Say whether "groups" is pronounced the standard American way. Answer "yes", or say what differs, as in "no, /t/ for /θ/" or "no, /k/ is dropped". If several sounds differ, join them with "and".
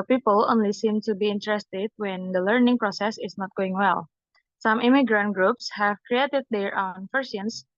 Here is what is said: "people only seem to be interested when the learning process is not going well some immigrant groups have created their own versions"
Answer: yes